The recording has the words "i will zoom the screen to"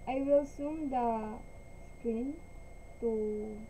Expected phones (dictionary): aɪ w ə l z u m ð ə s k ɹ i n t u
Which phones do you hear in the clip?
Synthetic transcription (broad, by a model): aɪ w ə l s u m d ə s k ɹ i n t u